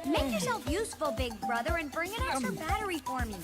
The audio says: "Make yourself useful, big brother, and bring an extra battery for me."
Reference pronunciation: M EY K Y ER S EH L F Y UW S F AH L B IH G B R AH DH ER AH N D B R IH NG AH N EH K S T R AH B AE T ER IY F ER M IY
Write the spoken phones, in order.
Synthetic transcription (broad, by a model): M EY K Y ER S EH L F Y UW S F AH L B IH G B R AH DH ER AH N B R IH NG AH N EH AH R B AE T ER IY F ER M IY